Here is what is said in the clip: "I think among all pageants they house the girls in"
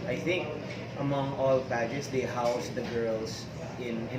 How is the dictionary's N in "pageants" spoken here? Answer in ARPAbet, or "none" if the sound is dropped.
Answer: none